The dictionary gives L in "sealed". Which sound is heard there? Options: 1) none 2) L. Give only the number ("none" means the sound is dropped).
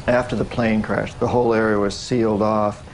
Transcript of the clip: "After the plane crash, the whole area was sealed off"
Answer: 2